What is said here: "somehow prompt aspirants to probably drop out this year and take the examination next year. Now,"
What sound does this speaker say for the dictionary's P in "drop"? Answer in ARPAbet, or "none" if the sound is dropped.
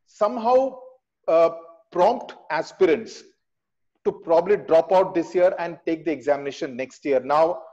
P